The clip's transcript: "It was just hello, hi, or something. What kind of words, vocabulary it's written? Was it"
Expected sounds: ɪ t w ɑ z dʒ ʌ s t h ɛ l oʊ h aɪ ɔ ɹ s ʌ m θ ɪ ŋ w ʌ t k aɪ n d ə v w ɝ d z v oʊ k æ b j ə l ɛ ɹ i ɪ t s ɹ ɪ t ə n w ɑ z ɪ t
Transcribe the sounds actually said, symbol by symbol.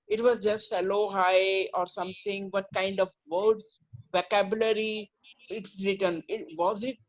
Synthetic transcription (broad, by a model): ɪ t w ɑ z dʒ ʌ s t h ɛ l oʊ h aɪ ɔ ɹ s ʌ m t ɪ ŋ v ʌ t k aɪ n d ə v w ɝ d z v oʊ k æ b j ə l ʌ ɹ i ɪ t s ɹ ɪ t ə n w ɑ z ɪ t